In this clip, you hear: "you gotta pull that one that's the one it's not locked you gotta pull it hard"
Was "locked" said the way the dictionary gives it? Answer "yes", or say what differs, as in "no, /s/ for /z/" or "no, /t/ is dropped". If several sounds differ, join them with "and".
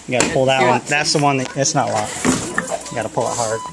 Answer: no, /k/ is dropped